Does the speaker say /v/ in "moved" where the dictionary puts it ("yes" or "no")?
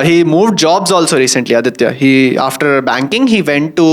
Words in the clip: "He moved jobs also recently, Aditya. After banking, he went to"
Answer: yes